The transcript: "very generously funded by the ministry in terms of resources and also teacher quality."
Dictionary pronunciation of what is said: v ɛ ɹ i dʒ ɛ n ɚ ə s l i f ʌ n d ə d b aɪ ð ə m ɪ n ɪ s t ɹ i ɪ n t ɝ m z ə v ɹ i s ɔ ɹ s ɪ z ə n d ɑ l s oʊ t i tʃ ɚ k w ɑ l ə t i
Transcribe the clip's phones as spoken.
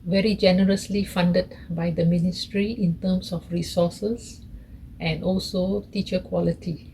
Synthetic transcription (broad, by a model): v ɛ ɹ i dʒ ɛ n ɚ ə s l i f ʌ n d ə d b aɪ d ə m ɪ n ɪ s t ɹ i ɪ n t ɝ m s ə f ɹ i s ɔ s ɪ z ə n d ɑ l s oʊ t i tʃ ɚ k w ɑ l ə t i